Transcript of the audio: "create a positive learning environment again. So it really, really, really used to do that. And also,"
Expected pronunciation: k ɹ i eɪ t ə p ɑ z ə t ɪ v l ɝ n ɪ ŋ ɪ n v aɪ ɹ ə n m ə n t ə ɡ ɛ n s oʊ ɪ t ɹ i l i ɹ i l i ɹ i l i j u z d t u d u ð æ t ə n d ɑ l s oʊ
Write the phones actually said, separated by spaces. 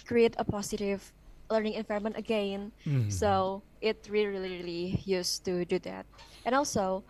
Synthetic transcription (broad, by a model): k ɹ i eɪ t ə p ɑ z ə t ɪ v l ɝ n ɪ ŋ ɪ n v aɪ ə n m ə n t ə ɡ ɛ n s oʊ ɪ t ɹ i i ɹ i l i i l i j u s t u d u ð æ t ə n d ɑ l s oʊ